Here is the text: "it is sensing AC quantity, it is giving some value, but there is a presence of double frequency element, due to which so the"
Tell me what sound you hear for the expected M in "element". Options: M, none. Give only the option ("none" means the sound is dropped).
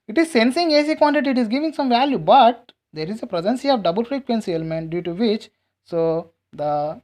M